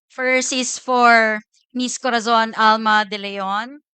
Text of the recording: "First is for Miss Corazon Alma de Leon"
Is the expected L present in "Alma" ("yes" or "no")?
yes